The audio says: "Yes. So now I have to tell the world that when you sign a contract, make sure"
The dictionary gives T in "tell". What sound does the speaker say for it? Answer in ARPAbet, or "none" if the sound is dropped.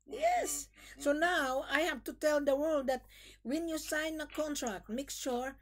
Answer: T